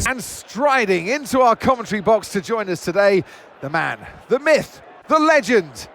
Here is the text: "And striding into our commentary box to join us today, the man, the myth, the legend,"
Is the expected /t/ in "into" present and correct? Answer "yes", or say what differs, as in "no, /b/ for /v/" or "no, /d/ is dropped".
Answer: yes